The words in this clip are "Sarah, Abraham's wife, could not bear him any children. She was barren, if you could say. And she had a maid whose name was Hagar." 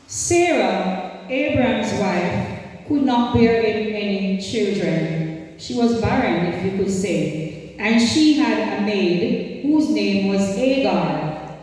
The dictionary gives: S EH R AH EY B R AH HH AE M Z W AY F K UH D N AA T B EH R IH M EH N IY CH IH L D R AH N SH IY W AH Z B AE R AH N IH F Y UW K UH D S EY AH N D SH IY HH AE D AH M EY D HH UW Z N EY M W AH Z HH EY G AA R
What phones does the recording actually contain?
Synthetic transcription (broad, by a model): S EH R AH EY B R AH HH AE M Z W AY F K UH D N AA T B EH R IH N EH N IY CH IH L D R AH N SH IY W AH Z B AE R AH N IH F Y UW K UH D S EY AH N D SH IY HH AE D AH M EY D HH UW Z N EY M W AH Z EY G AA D